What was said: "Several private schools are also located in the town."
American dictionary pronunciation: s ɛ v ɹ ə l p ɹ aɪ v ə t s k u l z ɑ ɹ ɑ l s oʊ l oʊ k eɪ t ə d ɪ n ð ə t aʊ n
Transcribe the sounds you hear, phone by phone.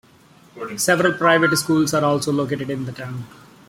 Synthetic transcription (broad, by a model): s ɛ v ɹ ə l p ɹ aɪ v ə t s k u l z ɑ ɹ ɑ l s oʊ l oʊ k eɪ t ə d ɪ n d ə t aʊ n